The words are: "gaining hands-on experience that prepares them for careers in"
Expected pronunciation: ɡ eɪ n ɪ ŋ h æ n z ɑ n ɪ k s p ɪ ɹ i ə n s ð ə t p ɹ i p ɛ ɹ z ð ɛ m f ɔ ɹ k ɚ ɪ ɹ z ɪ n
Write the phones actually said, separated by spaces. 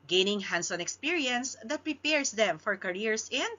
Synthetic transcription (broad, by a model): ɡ eɪ n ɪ ŋ h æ n s ɑ n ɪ k s p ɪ ɹ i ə n s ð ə t p ɹ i p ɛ ɹ s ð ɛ m f ɔ ɹ k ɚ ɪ ɹ s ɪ n